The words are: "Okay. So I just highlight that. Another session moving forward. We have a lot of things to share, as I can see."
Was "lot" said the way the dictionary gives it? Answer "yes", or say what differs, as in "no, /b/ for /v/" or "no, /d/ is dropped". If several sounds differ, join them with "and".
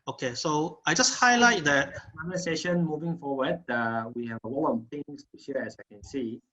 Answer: no, /w/ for /l/ and /t/ is dropped